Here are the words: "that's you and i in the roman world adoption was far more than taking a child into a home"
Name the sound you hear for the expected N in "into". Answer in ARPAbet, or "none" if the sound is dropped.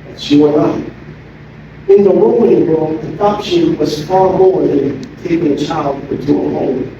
none